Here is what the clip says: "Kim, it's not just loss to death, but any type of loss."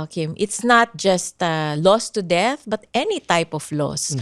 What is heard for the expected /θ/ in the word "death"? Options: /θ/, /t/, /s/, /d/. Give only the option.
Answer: /θ/